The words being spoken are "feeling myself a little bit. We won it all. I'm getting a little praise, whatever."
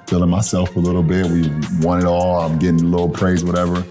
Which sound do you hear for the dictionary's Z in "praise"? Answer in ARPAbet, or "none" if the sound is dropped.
Z